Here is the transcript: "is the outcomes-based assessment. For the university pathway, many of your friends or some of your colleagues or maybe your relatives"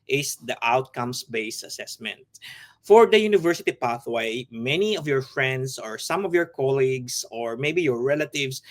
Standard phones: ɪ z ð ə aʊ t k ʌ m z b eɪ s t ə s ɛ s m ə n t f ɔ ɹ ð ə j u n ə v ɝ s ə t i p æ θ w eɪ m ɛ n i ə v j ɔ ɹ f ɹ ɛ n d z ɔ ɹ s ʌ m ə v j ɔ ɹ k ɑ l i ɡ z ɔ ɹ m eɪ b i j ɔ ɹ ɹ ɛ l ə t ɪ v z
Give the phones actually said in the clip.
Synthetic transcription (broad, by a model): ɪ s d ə aʊ t k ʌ m s b eɪ s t ə s ɛ s m ə n t f ɔ ɹ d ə j u n ə v ɝ s ə t i p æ θ w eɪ m ɛ n i ə v j ɔ ɹ f ɹ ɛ n d s ɔ ɹ s ʌ m ə v j ɔ ɹ k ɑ l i ɡ s ɔ ɹ m eɪ b i j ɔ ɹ ɹ ɛ l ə t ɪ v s